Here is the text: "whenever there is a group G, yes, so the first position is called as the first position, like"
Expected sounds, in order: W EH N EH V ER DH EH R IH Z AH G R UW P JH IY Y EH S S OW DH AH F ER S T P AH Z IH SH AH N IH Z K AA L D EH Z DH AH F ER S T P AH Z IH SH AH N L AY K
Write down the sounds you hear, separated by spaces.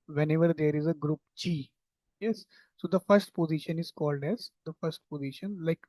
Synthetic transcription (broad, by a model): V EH N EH V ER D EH R IH Z AH G R UW P CH IY Y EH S S OW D AH F ER S T P AH Z IH SH AH N IH Z K AA L D EH Z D AH F ER S T P AH Z IH SH AH N L AY K